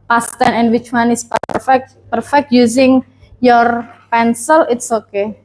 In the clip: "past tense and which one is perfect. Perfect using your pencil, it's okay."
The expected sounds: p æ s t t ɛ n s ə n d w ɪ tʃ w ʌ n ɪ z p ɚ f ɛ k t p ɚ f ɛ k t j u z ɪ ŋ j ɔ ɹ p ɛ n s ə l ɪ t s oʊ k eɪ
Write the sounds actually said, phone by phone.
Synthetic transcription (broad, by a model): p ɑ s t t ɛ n ə n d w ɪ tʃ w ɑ n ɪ s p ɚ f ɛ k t p ɚ f ɛ k t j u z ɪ ŋ j ɔ ɹ p ɛ n s ə l ɪ t s oʊ k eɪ